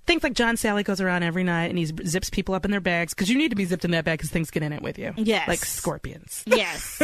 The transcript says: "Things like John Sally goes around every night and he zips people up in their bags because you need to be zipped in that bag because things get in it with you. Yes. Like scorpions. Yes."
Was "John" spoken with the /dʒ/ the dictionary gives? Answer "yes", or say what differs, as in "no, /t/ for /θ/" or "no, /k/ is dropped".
no, /ʒ/ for /dʒ/